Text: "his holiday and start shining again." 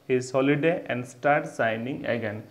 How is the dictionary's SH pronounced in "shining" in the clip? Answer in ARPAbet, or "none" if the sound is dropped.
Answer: S